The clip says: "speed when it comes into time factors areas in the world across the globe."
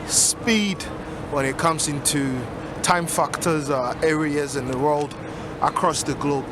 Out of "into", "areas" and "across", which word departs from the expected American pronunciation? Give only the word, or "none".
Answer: none